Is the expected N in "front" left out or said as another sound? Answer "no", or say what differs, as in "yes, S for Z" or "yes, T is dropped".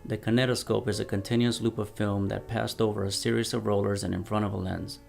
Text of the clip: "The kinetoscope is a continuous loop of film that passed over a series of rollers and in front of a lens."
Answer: yes, N is dropped